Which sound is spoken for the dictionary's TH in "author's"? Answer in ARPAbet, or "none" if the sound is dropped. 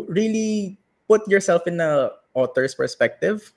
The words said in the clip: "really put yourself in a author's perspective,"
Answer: T